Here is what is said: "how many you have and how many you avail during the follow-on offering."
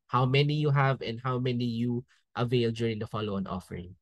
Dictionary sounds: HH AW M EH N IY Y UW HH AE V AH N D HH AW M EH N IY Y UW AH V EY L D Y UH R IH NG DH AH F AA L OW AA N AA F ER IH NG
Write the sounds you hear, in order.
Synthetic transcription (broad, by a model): HH AW M EH N IY Y UW HH AE V AH N D HH AW M EH N IY Y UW AH V EY L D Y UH R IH NG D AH F AA L OW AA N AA F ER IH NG